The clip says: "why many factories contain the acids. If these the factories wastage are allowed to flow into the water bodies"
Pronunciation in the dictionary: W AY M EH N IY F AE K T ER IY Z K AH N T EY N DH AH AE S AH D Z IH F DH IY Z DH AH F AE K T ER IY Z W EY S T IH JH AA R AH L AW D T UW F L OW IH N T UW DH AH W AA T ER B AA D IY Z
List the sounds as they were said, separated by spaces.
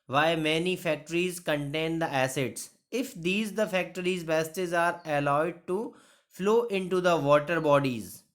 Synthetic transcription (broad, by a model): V AY M EH N IY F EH K T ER IY Z K AH N T EY N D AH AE S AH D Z IH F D IY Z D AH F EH K T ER IY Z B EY S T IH Z AA R AH L AW D T UW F L OW IH N T UW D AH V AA T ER B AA D IY Z